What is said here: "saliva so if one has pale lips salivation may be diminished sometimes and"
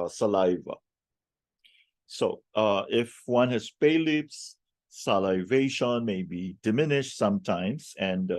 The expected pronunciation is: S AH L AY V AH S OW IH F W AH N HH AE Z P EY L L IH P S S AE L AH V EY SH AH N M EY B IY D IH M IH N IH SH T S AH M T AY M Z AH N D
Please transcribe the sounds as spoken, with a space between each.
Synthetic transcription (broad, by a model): S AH L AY V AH S OW IH F W AH N HH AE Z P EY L L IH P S S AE L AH V EY SH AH N M EY B IY D IH M IH N IH SH T S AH M T AY M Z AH N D